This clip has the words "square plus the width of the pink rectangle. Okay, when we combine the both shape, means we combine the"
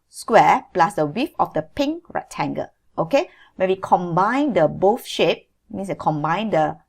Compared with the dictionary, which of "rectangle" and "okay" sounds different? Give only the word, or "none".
rectangle